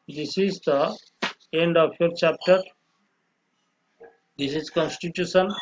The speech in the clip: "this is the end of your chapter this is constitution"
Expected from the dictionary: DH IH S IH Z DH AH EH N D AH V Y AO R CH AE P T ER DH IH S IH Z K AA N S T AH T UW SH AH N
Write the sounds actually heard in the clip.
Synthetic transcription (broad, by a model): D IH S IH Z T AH EH N D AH P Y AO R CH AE P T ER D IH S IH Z K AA N S T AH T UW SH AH N